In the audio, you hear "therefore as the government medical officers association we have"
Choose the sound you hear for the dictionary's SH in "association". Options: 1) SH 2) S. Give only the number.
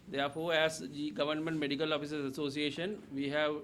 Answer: 1